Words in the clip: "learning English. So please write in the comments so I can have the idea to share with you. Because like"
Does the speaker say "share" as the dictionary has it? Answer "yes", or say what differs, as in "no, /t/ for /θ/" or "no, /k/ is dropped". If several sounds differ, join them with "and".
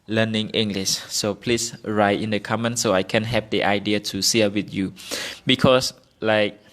no, /s/ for /ʃ/